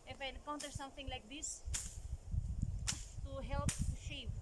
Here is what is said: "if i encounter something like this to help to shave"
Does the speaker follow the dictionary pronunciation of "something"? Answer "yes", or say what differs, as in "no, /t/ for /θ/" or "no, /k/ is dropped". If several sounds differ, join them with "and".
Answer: no, /t/ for /θ/